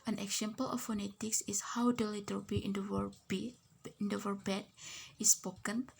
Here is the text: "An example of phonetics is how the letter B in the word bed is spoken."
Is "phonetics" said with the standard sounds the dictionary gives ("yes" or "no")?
yes